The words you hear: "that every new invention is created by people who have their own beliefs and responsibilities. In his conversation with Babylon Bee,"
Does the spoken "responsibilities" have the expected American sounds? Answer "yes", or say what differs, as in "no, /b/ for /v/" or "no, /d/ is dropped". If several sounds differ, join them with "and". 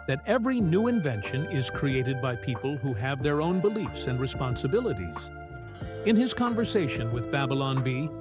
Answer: yes